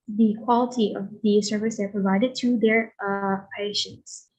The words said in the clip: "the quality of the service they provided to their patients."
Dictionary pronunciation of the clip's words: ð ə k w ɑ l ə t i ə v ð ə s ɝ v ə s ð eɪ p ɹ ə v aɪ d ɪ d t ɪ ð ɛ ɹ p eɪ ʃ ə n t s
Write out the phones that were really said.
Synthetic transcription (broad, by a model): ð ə k w ɑ l ə t i ə v ð ə s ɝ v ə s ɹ p ɹ ə v aɪ d ɪ d t ɪ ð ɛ ɹ p eɪ ʃ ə n t s